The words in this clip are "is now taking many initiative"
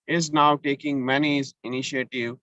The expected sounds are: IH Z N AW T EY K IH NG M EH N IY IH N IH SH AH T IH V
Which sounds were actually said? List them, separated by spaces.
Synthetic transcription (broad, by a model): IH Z N AW T EY K IH NG M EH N IY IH N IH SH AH T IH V